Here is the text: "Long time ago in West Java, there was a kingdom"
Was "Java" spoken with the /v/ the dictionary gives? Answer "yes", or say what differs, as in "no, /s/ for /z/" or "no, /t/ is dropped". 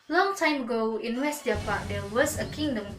no, /p/ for /v/